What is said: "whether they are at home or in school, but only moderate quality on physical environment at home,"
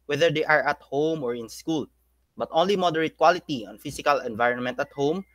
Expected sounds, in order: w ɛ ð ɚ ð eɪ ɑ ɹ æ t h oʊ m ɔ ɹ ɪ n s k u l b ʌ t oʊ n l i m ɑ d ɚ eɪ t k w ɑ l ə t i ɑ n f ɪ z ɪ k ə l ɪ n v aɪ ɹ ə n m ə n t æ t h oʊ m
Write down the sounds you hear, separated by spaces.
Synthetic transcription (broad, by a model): w ɛ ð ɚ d eɪ ɑ ɹ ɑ t h oʊ m ɔ ɹ ɪ n s k u l b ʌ t oʊ n l i m ɑ d ɚ eɪ t k w ɑ l ə t i ɑ n f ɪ s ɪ k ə l ɪ n v aɪ ɹ ə n m ə n t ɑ t h oʊ m